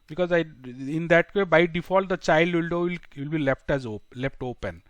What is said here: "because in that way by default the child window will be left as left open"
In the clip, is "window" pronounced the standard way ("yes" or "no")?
no